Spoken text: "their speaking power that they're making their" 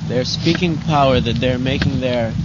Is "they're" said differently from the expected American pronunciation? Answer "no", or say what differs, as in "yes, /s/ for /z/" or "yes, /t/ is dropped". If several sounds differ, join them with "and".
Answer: no